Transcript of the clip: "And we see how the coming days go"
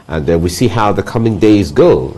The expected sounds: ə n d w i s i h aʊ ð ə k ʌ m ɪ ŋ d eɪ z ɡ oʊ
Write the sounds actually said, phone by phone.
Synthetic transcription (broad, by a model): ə n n w i s i h aʊ ð ə k ʌ m ɪ ŋ d eɪ z ɡ oʊ